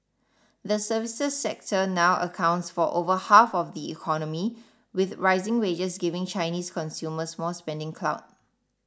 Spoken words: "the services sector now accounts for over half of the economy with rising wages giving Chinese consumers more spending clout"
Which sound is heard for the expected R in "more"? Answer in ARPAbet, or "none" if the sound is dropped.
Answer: L